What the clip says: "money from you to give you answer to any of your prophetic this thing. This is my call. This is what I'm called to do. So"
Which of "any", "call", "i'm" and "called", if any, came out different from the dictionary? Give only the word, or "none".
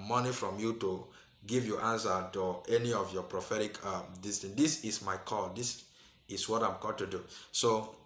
called